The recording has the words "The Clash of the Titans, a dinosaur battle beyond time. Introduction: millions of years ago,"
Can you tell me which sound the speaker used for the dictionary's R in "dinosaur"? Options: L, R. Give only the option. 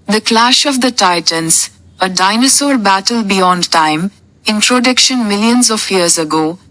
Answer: L